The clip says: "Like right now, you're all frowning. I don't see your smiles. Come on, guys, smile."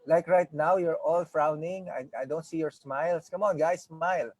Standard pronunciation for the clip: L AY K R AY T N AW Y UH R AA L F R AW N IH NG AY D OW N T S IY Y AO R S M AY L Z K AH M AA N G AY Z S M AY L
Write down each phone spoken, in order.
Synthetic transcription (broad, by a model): L AY K R AY T N AW Y UH R AA L F R AW N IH NG AY D OW N T S IY Y AO R S M AY L S K AH M AA N G AY S M AY L